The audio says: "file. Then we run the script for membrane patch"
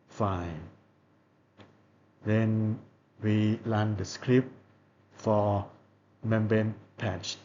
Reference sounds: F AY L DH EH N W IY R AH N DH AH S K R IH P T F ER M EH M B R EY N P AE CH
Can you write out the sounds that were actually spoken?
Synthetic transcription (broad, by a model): F AY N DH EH N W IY L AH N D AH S K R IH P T F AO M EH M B EY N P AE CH